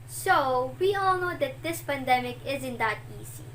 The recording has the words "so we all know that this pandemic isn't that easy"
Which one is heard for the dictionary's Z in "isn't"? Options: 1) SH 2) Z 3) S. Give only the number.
2